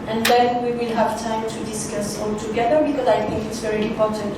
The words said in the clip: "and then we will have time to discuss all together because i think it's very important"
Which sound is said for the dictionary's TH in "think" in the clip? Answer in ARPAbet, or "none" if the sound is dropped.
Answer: T